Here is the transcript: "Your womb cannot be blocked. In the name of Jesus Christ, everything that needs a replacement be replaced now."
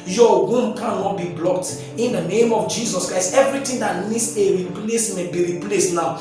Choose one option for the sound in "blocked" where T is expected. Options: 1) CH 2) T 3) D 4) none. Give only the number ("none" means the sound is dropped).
2